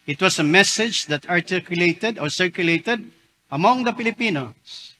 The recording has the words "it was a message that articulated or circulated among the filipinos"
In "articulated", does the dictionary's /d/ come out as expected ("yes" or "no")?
yes